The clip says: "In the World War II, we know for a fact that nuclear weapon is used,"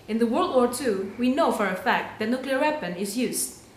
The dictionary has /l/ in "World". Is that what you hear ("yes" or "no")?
yes